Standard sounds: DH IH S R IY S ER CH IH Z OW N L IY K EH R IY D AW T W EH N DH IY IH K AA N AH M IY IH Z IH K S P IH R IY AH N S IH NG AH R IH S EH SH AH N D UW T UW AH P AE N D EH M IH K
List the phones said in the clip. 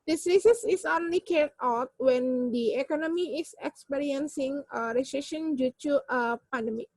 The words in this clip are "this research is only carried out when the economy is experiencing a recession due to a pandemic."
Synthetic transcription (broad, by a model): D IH S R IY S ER S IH S OW N L IY K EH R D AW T W EH N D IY IH K AA N AH M IY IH S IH K S P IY R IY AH N S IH NG AH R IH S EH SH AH N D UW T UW AH P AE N D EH M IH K